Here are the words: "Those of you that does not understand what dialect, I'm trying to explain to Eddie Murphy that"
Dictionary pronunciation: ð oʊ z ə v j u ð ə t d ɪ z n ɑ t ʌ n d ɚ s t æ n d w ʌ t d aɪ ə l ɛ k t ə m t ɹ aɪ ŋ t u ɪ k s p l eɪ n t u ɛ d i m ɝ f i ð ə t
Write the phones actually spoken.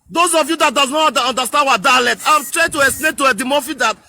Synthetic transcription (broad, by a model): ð oʊ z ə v j u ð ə t d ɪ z n ɑ t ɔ n d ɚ s t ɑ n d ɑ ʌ d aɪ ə l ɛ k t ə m t ɹ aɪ t u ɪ s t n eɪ t u ɛ d i m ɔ f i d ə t